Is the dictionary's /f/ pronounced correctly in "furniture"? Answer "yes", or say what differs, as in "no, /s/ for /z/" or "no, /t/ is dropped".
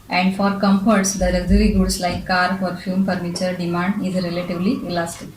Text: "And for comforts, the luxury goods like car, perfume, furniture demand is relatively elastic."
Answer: no, /p/ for /f/